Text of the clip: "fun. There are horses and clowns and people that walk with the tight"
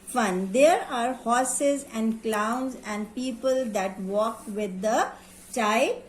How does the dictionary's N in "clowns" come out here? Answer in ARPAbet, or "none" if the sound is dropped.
N